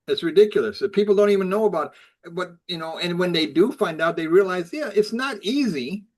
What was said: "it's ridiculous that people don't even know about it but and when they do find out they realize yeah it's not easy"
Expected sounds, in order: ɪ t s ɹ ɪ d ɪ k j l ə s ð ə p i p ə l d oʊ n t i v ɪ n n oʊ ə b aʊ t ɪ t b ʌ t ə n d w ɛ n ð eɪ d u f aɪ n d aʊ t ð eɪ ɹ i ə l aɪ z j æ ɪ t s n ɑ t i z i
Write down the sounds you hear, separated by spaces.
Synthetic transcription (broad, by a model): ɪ t s ɹ ɪ d ɪ k j l ə s p i p l d oʊ n t i v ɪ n n oʊ ə b aʊ t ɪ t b ʌ t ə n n w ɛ n ð eɪ d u f aɪ n d aʊ t ð eɪ ɹ i ə l aɪ z j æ ɪ t s n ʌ t i z i